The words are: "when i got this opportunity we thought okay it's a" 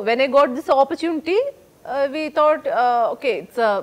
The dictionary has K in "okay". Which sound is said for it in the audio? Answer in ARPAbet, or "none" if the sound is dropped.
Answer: K